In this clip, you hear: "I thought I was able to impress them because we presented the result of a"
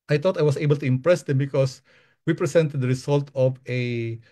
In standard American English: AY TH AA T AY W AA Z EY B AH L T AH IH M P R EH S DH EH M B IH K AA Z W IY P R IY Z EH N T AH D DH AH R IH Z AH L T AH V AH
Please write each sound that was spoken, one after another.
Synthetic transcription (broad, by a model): AY T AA T AY W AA S EY B AH L T AH IH M P R EH S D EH M B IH K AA S W IY P R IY S EH N T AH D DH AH R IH S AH L T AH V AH